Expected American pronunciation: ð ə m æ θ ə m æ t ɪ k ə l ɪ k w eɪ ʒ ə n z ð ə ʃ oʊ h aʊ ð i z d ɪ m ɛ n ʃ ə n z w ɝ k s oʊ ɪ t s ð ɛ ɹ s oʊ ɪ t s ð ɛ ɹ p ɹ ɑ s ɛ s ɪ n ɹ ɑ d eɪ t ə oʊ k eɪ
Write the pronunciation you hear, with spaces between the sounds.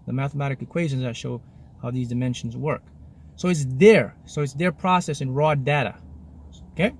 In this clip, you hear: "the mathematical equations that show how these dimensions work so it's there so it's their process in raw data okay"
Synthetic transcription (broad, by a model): ð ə m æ θ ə m æ t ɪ k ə ɪ k w eɪ ʒ ə n z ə ʃ oʊ h aʊ ð i z d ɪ m ɛ n ʃ n z w ɝ k s oʊ ɪ t s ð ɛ ɹ s oʊ ɪ t s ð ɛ ɹ p ɹ ɑ s ɛ s ɪ n ɹ ɑ d eɪ t ə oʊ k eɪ